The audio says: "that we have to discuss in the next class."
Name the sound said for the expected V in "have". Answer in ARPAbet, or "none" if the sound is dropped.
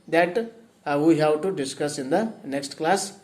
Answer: W